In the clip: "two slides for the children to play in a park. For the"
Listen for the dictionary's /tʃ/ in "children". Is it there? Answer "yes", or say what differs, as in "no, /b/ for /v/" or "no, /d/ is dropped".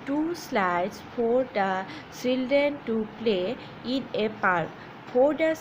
no, /s/ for /tʃ/